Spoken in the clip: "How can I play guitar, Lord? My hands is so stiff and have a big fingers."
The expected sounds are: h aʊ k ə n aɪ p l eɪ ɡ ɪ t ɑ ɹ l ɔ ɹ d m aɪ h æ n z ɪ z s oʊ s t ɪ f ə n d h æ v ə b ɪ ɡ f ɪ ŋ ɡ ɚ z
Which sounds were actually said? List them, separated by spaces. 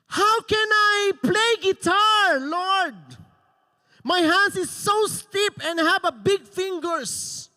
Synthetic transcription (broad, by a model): h aʊ k ə n aɪ p l eɪ ɡ ɪ t ɑ ɹ l ɔ ɹ d m aɪ h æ n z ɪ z s oʊ s t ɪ p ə n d h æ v ə b ɪ ɡ f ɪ ŋ ɡ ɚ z